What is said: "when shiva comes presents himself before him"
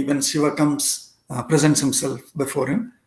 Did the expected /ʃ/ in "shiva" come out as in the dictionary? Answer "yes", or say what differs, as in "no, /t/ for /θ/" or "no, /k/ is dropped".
no, /s/ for /ʃ/